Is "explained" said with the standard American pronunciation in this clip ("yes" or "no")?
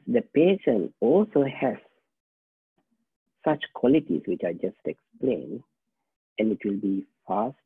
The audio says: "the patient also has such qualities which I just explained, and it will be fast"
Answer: no